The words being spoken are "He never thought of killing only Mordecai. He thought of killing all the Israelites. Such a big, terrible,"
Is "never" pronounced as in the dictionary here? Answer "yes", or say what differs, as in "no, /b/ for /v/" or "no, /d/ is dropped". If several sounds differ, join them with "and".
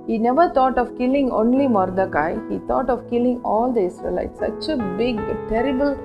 yes